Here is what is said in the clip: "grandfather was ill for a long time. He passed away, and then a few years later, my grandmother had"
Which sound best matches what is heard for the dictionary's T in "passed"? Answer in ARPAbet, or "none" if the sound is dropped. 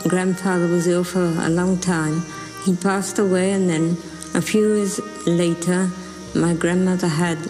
T